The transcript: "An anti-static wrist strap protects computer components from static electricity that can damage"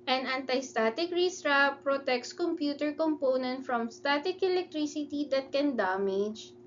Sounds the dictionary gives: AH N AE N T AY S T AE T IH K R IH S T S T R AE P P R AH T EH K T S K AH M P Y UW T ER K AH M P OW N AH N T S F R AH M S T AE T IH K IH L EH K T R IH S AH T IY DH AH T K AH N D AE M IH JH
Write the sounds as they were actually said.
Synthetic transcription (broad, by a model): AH N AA N T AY S T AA T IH K R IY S S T R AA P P R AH T EH K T S K AH M P Y UW T ER K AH M P OW N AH N T F R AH M S T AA T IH K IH L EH K T R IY S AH T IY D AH T K AH N D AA M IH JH